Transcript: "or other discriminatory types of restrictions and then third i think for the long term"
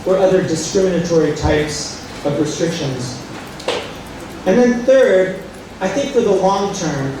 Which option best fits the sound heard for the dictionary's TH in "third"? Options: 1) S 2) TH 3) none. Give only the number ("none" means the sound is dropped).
2